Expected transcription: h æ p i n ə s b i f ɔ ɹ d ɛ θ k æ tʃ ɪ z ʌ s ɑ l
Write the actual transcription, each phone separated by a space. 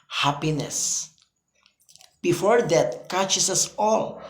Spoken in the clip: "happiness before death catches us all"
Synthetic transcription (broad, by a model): h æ p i n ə s b i f ɔ ɹ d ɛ t k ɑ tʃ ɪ s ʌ s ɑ l